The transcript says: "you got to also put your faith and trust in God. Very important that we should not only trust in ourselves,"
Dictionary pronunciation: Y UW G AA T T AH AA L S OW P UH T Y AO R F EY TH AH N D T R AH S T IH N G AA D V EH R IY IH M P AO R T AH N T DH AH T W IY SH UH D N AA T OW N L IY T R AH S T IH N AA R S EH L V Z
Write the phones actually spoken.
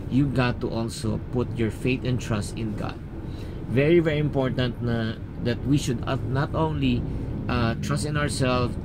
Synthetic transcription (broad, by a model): Y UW G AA T T AA L S OW P UH T Y AO R F EY T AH N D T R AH S T IH N G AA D V EH R IY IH M P AO R T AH N T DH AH T W IY SH UH D N AA T OW N L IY T R AH S T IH N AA R S EH L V